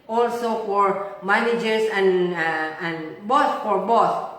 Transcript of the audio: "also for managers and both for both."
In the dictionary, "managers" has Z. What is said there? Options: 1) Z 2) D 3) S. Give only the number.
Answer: 3